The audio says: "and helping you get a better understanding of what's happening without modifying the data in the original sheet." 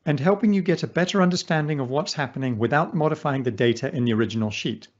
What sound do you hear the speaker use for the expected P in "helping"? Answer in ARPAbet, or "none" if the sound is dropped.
P